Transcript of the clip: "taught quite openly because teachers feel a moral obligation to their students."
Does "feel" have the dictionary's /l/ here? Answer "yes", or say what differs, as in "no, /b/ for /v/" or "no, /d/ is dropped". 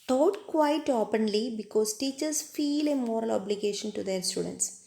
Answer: yes